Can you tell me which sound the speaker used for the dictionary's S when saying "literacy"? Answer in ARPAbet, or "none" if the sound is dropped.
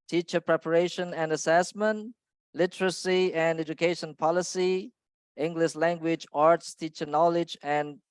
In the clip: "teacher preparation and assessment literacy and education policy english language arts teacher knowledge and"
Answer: S